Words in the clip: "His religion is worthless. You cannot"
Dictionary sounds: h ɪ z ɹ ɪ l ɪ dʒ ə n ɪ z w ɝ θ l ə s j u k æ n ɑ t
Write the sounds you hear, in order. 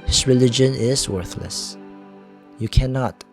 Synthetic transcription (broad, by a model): h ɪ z ɹ ɪ l ɪ dʒ ə n ɪ z w ɝ θ l ə s j u k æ n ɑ t